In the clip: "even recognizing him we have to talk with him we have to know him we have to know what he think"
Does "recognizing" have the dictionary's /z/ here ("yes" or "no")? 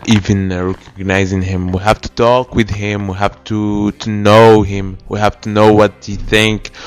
yes